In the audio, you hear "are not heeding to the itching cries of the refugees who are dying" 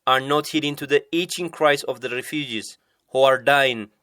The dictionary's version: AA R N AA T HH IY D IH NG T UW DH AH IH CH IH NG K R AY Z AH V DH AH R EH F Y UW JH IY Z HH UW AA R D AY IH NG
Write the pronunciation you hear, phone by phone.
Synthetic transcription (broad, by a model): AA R N AA T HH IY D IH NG T UW DH AH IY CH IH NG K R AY S AH V DH AH R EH F Y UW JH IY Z HH UW AA R D AY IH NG